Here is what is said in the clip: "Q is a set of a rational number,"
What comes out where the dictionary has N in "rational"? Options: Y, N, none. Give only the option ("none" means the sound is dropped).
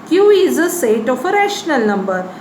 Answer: N